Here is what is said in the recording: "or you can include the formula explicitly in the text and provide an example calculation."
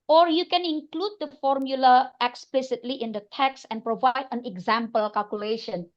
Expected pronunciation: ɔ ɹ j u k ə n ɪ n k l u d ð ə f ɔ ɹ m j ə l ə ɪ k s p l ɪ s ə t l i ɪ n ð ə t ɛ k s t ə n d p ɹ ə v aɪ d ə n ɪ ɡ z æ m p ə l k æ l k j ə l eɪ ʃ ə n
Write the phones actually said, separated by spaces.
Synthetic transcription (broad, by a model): ɔ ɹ j u k ə n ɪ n k l u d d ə f ɔ ɹ m j ə l ə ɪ k s p l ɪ s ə t l i ɪ n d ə t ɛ k s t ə n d p ɹ ə v aɪ d ə n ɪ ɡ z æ m p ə l k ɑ l k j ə l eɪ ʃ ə n